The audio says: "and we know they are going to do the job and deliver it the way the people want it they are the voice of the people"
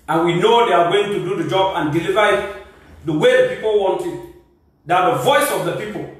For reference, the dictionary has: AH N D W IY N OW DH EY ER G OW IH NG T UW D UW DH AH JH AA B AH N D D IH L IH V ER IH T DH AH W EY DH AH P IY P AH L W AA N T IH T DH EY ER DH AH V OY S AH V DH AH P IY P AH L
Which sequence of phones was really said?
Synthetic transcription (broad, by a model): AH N W IY N OW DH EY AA G OW IH NG T UW D UW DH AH JH AA B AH N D D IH L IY V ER IH T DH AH W EY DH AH P IY P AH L W AA N T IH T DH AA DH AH V OY S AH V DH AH P IY P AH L